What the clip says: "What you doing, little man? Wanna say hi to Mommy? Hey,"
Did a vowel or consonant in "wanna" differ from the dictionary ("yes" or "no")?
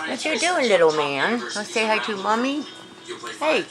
yes